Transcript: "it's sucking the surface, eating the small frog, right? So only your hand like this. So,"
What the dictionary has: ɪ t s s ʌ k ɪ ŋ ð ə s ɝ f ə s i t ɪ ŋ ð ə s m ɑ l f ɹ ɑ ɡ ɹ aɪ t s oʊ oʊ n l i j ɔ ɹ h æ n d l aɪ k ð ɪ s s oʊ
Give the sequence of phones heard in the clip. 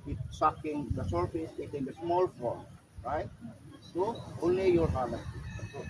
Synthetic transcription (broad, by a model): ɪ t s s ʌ k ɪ ŋ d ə s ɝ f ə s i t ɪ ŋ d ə s m ɑ l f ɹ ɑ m ɹ aɪ t s oʊ oʊ n l i j ɔ ɹ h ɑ d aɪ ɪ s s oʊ